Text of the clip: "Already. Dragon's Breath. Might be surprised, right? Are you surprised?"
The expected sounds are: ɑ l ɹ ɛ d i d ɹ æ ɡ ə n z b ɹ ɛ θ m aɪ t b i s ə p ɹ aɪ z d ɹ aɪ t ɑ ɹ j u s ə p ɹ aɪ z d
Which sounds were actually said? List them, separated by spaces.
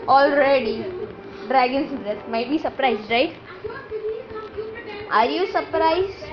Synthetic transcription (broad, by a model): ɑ l ɹ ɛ d i d ɹ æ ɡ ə n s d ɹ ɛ s m aɪ t b i s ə p ɹ aɪ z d ɹ aɪ t ɑ ɹ j u s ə p ɹ aɪ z